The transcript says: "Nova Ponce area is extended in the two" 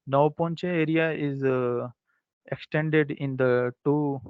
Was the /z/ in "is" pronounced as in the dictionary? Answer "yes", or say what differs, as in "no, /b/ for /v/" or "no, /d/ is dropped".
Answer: yes